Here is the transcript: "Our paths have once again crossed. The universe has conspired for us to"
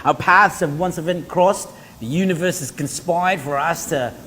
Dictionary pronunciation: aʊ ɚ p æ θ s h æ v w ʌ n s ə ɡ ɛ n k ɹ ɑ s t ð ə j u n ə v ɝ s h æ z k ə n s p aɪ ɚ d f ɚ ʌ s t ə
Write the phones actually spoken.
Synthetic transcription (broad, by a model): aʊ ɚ p æ θ s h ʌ v w ʌ n s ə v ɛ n k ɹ ɑ s ð ə j u n ə v ɝ s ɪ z k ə n s p aɪ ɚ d f ɚ ʌ s t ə